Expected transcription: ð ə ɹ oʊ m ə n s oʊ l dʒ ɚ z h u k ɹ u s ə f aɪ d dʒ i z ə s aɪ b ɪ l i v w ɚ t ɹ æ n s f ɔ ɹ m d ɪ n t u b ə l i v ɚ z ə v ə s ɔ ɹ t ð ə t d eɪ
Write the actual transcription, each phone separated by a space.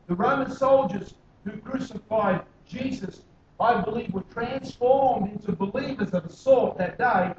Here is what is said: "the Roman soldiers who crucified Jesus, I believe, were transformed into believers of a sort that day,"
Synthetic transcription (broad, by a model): ð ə ɹ oʊ m ə n s oʊ l dʒ ɚ z h u k ɹ u s ə f aɪ d dʒ i z ə s aɪ b ɪ l i v w ɚ t ɹ æ n s f ɔ ɹ m d ɪ n t u b ə l i v ɚ z ə v ə s ɔ ɹ t ð ə t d eɪ